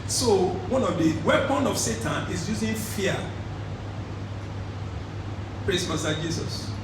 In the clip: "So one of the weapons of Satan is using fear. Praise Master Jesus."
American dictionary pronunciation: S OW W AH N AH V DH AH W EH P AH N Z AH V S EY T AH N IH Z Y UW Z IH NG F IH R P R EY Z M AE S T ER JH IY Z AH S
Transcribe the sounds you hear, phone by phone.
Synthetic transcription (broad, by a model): S OW W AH N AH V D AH W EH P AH N AH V S EY T AH N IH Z Y UW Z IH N F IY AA P R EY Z M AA S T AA JH IY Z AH S